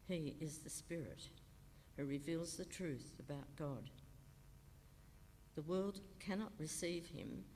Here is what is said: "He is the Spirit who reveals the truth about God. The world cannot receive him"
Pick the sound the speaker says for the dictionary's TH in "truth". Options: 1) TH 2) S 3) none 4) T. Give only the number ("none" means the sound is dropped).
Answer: 1